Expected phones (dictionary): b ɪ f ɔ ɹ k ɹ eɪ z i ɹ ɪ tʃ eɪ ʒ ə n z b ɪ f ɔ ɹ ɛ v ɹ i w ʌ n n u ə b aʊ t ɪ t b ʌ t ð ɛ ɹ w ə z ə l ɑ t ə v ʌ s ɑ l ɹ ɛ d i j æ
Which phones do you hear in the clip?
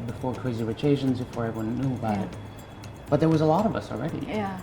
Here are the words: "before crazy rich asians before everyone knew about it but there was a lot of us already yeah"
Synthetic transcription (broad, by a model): b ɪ f ɔ ɹ k ɹ eɪ z i w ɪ tʃ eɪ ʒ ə n z b ɪ f ɔ ɹ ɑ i w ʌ n n u ə b aʊ t ɪ t b ʌ t ð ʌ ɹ w ə z ə l ɑ t ə v ʌ s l ɹ ɛ d i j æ